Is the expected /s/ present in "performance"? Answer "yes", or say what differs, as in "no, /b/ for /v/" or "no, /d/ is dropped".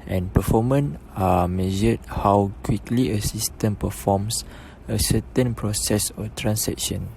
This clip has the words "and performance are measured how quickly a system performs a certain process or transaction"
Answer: no, /s/ is dropped